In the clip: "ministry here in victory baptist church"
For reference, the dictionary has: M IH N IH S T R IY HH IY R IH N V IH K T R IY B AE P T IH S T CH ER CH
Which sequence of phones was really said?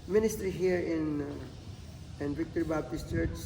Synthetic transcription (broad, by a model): M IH N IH S T R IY HH IY R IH N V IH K T R B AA B T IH S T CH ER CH